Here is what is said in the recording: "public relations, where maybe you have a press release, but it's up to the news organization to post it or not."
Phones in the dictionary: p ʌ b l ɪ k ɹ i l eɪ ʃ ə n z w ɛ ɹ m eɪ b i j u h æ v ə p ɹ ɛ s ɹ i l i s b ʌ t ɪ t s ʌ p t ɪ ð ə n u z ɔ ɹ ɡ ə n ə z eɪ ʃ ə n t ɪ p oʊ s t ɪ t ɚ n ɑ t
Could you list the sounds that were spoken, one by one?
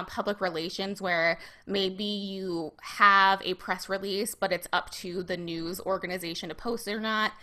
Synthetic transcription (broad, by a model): p ʌ b l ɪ k ɹ i l eɪ ʃ ə n z w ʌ ɹ m eɪ b i j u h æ v ə p ɹ ɛ s ɹ i l i s b ʌ t ɪ t s ʌ p t ɪ ð ə n u z ɔ ɹ ɡ ə n ə z eɪ ʃ ə n t ɪ p oʊ s t ɪ t ɚ n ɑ t